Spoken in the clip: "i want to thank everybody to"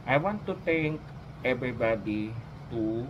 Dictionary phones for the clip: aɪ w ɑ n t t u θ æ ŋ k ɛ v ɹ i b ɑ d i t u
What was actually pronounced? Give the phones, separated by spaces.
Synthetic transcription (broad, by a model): aɪ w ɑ n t t u t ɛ ŋ k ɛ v ɹ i b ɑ d i t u